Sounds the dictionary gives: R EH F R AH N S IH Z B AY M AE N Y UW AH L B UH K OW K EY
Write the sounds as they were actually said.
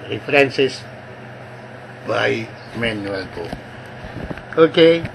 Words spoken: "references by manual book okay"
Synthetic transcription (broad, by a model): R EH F R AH N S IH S B AY M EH N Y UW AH L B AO OW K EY